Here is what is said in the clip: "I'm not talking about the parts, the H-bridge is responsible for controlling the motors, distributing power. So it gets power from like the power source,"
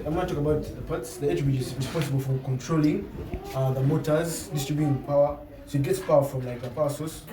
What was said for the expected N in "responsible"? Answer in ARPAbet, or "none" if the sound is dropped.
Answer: N